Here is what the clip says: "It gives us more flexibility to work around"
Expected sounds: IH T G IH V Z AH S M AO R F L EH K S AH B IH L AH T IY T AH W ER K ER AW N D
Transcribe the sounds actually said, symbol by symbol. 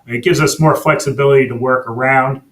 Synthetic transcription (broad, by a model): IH T G IH V Z AH S M AO R F L EH K S AH B IH L AH T IY T AH W ER K ER AW N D